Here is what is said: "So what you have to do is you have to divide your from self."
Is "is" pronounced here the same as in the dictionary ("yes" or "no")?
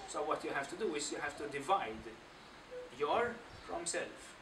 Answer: no